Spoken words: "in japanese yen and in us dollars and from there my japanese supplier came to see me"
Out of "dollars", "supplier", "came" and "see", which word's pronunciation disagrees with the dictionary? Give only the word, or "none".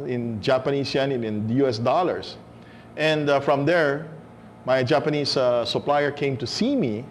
dollars